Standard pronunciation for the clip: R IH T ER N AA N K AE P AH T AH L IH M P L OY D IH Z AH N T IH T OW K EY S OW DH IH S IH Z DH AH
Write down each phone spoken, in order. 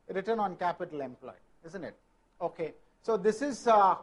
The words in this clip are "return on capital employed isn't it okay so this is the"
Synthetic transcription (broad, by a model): R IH T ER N AA N K AE P AH T AH L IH M P L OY IH Z AH N T IH T OW K EY S OW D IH S IH Z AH